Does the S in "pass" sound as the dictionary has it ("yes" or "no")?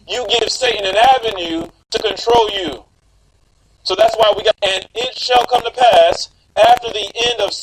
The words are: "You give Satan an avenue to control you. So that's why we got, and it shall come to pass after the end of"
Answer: yes